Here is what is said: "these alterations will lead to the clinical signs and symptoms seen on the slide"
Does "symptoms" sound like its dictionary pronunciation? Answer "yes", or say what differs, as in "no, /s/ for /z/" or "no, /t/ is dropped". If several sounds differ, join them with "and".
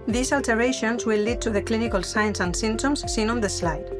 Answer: no, /p/ is dropped